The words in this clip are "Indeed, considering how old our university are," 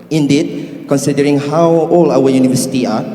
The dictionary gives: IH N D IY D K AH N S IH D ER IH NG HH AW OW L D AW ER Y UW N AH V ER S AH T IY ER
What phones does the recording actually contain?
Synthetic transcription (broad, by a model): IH N D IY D K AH N S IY D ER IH NG HH AW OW L AW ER Y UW N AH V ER S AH T IY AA